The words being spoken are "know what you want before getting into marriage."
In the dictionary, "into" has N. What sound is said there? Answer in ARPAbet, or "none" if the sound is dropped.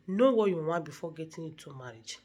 none